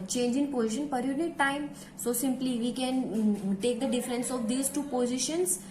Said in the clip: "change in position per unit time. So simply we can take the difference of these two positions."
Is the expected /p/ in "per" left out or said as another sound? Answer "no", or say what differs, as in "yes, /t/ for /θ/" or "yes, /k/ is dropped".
no